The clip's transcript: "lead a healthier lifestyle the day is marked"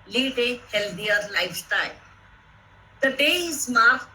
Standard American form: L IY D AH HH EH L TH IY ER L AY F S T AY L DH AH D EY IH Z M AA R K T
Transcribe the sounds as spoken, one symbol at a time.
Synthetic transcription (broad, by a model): L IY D AH HH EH L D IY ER L AY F T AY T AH D EY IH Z M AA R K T